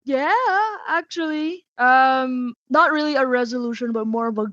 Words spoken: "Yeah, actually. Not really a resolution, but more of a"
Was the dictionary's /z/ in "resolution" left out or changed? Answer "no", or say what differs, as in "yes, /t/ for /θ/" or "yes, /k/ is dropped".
no